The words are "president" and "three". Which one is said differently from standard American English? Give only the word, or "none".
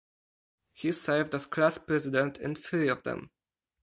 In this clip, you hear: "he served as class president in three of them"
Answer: three